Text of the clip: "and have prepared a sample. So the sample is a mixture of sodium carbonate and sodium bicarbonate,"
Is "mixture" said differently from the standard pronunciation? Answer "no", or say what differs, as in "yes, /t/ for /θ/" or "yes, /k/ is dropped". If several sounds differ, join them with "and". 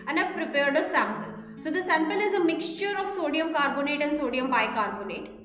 no